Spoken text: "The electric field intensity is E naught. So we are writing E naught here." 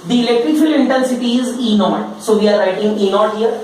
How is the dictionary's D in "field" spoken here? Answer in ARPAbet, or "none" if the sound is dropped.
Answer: none